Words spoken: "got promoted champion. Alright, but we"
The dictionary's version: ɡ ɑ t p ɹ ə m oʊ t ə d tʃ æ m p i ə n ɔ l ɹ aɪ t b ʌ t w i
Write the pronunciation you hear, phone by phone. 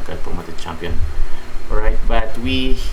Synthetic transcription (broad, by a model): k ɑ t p ə m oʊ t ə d tʃ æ m p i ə n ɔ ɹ aɪ t b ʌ t w i